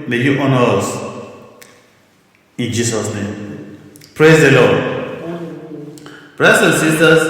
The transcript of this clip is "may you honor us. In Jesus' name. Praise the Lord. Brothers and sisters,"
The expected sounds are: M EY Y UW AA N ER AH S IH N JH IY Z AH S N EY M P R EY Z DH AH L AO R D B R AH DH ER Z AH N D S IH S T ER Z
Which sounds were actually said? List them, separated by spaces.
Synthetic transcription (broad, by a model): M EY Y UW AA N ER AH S IH N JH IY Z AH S N EY M P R EY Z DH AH L AO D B R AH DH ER S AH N S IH S T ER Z